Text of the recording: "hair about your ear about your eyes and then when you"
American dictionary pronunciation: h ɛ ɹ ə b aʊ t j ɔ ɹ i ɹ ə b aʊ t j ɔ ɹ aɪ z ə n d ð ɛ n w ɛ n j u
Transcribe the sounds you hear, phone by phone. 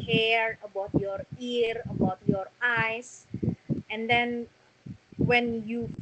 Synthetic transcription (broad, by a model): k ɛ ɹ ə b aʊ t j ɔ ɹ i ɹ ə b aʊ t j ɔ ɹ aɪ s ə n d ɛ n w ɛ n j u